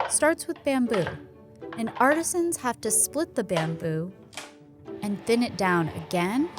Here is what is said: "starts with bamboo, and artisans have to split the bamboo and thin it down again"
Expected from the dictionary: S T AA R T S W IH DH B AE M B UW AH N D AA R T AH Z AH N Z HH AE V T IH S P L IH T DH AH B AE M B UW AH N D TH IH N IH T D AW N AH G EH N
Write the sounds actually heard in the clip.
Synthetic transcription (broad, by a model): S T AA R T S W IH DH B AE M B UW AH N AA R T AH Z AH N Z HH AE F T IH S P L IH T DH AH B AE M B UW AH N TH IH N IH T D AW N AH G EH N